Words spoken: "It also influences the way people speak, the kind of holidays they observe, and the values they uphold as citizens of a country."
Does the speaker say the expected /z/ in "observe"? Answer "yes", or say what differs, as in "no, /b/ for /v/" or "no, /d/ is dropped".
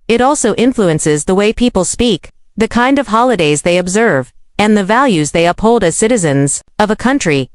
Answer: yes